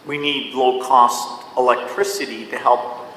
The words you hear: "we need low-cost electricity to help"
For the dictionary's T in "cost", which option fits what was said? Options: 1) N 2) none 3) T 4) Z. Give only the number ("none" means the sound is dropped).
3